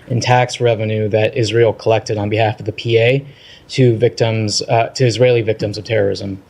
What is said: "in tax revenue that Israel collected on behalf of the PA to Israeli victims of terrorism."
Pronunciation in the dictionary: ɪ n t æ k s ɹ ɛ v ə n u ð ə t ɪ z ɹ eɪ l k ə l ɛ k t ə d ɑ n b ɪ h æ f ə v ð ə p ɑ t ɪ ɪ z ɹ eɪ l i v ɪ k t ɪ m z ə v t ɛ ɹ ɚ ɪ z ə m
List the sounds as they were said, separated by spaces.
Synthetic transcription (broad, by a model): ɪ n t æ k s ɹ ɛ v ə n u ð ə t ɪ z ɹ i l k ə l ɛ k t ə d n b ɪ h æ f ə v ð ə p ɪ t ɪ ɪ z ɹ eɪ l i v ɪ k t ɪ m z ə v t ɛ ɹ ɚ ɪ z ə m